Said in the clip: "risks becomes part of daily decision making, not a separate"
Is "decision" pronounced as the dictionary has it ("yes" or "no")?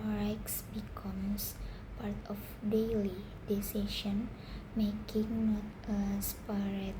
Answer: no